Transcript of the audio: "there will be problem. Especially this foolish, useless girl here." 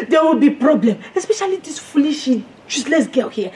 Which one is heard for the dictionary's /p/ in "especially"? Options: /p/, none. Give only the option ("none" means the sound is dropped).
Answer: /p/